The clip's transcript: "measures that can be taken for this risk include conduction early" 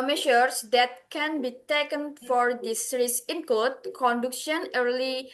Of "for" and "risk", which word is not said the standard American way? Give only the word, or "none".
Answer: risk